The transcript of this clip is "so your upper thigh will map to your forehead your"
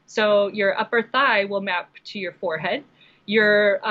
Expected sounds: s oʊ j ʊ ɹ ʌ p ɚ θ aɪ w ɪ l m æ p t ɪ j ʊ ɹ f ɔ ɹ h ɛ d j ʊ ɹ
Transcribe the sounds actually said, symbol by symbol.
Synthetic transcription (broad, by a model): s oʊ j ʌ ɹ ʌ p ɚ θ aɪ w ɪ l m æ p t ɪ j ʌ ɹ f ɔ ɹ h ɛ d j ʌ ɹ